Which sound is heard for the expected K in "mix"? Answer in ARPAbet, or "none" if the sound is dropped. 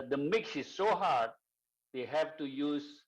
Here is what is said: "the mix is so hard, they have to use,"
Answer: K